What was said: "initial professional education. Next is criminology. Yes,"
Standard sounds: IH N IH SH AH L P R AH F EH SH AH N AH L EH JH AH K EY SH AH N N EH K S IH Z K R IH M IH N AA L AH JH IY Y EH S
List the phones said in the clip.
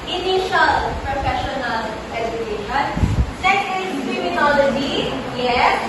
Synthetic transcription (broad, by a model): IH N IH SH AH L P R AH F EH SH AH N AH L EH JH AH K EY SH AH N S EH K IH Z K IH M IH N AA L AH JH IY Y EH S